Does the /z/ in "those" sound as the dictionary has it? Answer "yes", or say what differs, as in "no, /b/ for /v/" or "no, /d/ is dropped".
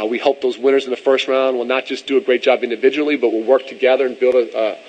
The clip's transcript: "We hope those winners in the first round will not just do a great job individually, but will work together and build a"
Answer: yes